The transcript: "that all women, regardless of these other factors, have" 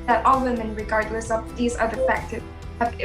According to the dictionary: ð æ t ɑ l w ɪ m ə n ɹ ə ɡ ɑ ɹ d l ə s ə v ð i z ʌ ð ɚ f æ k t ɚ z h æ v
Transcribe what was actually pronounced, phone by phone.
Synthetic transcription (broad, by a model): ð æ t ɑ l w ɪ m ə n ɹ ə ɡ ɑ ɹ d l ə s ə v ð i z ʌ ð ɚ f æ k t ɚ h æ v